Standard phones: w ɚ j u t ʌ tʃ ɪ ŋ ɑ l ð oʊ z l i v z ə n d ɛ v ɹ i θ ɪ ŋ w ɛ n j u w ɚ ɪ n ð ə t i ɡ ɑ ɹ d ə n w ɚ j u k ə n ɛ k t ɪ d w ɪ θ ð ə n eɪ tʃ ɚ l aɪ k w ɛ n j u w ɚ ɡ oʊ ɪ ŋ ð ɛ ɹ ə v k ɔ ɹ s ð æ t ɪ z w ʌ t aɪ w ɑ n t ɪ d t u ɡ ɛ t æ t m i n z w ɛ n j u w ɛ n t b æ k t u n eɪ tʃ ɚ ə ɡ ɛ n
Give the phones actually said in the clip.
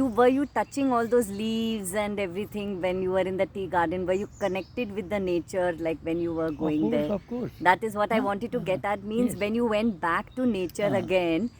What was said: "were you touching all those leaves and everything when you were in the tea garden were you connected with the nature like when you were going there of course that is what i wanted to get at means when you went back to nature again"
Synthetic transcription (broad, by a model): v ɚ j u t ʌ tʃ ɪ ŋ ɑ l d oʊ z l i v z ə n d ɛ v ɹ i t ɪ ŋ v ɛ n j u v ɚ ɪ n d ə t i ɡ ɑ ɹ d ə n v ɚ j u k ə n ɛ k t ɪ d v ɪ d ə n eɪ tʃ ɚ l aɪ k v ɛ n j u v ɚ ɡ oʊ ɪ ŋ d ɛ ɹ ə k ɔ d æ t ɪ z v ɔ t aɪ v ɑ n t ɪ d t u ɡ ɛ t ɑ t m i n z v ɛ n j u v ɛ n t b æ k t u n eɪ tʃ ɚ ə ɡ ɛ n